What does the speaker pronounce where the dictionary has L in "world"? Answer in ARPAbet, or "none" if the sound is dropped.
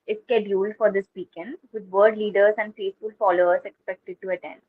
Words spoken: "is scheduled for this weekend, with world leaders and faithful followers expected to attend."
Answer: none